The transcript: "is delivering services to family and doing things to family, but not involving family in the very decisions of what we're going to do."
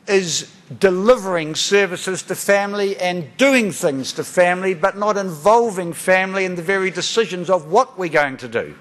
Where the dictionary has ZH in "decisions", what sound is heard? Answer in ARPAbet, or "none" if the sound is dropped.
ZH